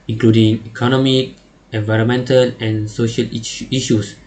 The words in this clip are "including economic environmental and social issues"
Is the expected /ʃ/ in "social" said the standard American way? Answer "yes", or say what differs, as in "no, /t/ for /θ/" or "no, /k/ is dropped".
yes